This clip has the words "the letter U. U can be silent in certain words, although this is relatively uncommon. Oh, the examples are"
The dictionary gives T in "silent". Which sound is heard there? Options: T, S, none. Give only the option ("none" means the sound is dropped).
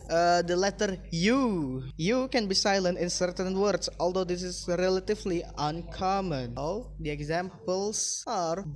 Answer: T